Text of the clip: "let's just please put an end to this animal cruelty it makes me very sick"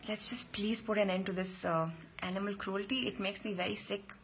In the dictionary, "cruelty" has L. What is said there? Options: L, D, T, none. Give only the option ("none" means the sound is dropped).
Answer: L